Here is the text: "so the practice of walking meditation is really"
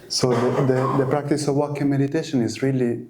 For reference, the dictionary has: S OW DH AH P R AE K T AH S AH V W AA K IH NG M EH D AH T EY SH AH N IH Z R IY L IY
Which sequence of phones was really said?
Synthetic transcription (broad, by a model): S OW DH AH P R AE K T AH S AH V W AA K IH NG M EH D AH T EY SH AH N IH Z R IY L IY